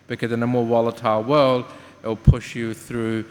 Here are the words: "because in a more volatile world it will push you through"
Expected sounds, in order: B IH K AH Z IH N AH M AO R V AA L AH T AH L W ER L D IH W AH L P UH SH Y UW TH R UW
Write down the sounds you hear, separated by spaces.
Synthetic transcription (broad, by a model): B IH K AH Z IH N AH M AO R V AA L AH T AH L W ER L D IH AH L P UH SH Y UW TH R UW